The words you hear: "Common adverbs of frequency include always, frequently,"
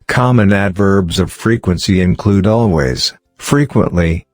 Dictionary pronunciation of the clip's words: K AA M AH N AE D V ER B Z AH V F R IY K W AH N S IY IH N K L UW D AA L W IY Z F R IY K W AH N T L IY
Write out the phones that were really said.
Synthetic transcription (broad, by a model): K AA M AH N AE D V ER B Z AH V F R IY K W AH N S IY IH N K L UW D AA L W IY Z F R IY K W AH N T L IY